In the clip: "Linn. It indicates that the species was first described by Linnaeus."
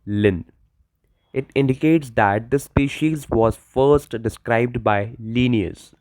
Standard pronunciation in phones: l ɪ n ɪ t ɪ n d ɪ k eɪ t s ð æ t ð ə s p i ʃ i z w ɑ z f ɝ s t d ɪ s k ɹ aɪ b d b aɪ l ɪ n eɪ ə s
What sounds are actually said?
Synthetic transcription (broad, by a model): l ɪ n ɪ t ɪ n d ɪ k eɪ t s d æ t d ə s p i ʃ i z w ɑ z f ɝ s t d ɪ s k ɹ aɪ b d b aɪ l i n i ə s